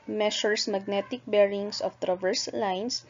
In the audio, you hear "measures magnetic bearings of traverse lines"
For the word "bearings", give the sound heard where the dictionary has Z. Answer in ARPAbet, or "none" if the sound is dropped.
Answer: S